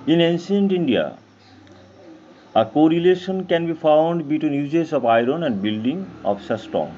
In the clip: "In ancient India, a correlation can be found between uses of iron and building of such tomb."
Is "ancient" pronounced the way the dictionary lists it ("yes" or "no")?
no